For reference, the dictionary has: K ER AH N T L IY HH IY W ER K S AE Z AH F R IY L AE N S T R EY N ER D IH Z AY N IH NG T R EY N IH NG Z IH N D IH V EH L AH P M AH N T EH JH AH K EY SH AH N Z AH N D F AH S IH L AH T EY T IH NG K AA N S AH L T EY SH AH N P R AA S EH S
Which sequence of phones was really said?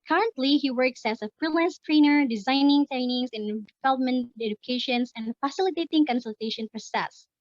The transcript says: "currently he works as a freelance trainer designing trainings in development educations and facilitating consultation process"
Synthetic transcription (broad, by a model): K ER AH N T L IY HH IY W ER K S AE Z AH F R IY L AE N S T R EY N ER D IH Z AY N IH NG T R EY N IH NG S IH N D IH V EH L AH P M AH N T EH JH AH K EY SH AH N S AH N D F AH S IH L AH T EY T IH NG K AA N S AH L T EY SH AH N P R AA S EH S